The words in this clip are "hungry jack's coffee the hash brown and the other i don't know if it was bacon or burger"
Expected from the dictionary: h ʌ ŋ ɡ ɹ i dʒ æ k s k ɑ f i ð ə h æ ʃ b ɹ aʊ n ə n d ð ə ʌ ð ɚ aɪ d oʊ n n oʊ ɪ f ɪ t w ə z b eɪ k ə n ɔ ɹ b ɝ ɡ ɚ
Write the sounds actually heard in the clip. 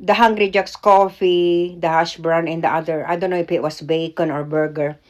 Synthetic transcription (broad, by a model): h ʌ ŋ ɡ ɹ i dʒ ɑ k s k ɑ f i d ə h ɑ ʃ b ɹ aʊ n ə n d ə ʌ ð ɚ aɪ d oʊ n n oʊ ɪ f ɪ t w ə s b eɪ k ə n ɔ ɹ b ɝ ɡ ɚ